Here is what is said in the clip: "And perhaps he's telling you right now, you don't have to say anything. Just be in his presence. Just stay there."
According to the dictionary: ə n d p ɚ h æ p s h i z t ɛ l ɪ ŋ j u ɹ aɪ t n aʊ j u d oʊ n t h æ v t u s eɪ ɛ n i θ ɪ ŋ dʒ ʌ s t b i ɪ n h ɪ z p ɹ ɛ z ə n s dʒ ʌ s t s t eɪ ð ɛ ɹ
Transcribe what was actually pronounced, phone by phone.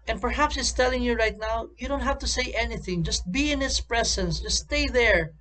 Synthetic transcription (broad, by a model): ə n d p ɚ h æ p s h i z t ɛ l ɪ ŋ j u ɹ aɪ t n aʊ j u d oʊ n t h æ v t u s eɪ ɛ n i θ ɪ ŋ dʒ ʌ s t b i ɪ n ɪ s p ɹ ɛ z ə n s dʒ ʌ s s t eɪ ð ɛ ɹ